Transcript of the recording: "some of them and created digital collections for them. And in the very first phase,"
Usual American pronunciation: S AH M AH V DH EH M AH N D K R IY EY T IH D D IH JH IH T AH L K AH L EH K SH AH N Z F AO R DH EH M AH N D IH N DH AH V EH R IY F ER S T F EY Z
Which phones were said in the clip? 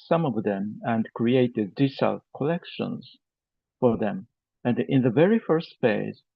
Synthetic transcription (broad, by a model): S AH M AH V DH EH M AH N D K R IY EY T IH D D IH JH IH S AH L K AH L EH K SH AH N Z F AO R DH EH M AH N D IH N DH AH V EH R IY F ER S T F EY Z